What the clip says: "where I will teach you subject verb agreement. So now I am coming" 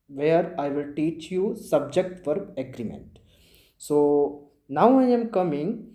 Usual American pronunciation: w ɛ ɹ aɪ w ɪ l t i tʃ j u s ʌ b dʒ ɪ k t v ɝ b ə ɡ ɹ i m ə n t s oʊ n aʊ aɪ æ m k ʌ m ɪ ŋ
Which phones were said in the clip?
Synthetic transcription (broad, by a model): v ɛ ɹ aɪ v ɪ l t i tʃ j u s ʌ b dʒ ɪ k t f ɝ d ə ɡ ɹ i m ə n t s oʊ n aʊ aɪ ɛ m k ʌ m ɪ ŋ